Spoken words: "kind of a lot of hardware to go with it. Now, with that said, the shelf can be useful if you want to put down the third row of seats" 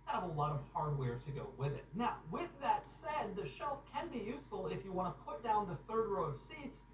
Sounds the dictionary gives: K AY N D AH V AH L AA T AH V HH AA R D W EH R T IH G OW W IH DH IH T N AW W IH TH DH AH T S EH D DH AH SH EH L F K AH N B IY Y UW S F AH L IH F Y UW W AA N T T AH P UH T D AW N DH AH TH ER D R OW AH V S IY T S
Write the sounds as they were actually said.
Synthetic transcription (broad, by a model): AH V AH L AA T AH V HH AA R D W EH R T IH G OW W IH DH IH T N AW W IH DH AH T S EH D DH AH SH EH L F K AH N B IY Y UW S F AH L IH F Y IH W AA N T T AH P UH T D AW N DH AH TH ER D R OW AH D S IY T S